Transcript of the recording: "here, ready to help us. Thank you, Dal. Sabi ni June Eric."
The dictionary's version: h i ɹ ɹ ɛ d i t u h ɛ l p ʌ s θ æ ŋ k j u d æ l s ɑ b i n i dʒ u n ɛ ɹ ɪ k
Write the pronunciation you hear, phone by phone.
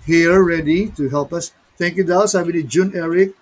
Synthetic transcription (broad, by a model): h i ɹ ɹ ɛ d i t u h ɛ l p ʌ s t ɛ ŋ k j u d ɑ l s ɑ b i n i dʒ u n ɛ ɹ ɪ k